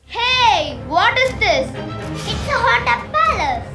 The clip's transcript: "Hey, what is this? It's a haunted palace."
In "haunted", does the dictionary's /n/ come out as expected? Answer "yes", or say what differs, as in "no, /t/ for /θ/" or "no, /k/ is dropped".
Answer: no, /n/ is dropped